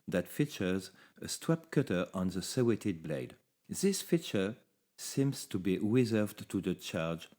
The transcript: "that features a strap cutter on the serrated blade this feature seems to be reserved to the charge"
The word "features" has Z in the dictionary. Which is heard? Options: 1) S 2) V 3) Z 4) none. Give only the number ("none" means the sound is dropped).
3